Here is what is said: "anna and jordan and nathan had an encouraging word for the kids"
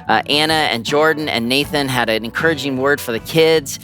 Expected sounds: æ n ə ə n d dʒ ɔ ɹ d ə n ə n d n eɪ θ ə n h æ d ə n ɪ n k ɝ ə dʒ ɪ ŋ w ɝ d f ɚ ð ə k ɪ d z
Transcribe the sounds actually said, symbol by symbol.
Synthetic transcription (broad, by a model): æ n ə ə n dʒ ɔ ɹ d n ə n n eɪ θ ə n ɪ d ə n ɪ n k ɝ ə dʒ ɪ ŋ w ɝ d f ɚ ð ə k ɪ d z